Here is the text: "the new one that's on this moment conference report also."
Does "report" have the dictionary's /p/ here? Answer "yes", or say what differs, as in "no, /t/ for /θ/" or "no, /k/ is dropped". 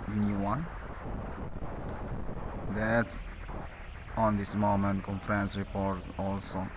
yes